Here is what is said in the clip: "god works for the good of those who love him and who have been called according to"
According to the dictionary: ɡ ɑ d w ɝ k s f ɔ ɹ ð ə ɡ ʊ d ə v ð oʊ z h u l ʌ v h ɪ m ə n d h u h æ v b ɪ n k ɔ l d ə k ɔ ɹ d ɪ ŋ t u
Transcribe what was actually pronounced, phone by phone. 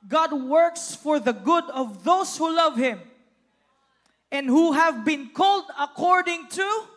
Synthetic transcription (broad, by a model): ɡ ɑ d w ɝ k s f ɔ ɹ ð ə ɡ ʊ d ə v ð oʊ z h u l ʌ v h ɪ m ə n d h u h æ v b ɪ n k ɔ l d ə k ɔ ɹ d ɪ ŋ t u